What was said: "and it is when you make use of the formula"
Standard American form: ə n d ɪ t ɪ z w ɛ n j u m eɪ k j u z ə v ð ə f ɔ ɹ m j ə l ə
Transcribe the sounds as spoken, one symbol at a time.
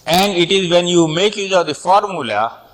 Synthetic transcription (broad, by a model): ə n d ɪ t ɪ z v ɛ n j u m eɪ k j u z ə v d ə f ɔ ɹ m j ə l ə